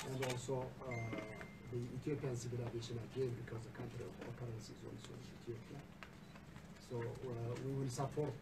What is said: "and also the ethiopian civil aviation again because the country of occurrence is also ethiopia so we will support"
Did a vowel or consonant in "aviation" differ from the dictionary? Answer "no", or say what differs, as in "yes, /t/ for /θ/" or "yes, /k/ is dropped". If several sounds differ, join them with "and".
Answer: yes, /v/ is dropped